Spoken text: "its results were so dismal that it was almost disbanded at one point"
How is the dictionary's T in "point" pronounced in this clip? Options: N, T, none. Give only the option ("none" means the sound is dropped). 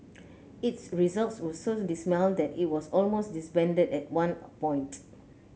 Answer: T